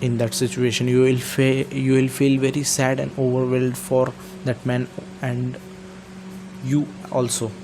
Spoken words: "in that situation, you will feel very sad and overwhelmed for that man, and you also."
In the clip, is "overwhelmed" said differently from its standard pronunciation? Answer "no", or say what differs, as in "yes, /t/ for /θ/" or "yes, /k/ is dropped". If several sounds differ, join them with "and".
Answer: yes, /m/ is dropped